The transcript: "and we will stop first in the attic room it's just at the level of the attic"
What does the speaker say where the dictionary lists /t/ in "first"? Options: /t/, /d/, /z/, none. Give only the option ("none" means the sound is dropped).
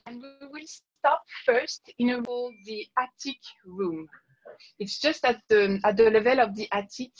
/t/